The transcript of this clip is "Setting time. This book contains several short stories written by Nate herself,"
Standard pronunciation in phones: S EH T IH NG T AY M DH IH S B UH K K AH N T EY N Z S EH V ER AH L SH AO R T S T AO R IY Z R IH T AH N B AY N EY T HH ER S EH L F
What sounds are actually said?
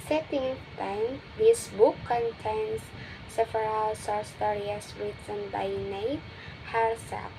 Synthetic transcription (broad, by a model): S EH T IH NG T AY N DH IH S B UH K K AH N T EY N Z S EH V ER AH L S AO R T S T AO R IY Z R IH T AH N B AY N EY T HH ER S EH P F